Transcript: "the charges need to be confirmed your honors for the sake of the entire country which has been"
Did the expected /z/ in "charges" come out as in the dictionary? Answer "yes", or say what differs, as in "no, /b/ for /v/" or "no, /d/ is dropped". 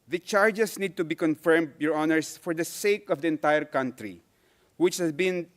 no, /s/ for /z/